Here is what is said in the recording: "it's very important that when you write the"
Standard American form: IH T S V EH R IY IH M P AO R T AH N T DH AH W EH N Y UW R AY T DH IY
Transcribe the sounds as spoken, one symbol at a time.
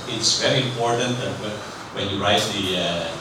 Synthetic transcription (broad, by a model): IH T S V EH R IY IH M P AO R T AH N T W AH W EH N Y UW R AY T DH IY